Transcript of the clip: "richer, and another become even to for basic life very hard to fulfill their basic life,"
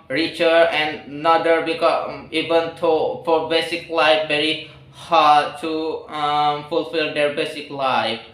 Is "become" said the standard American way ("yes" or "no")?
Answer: no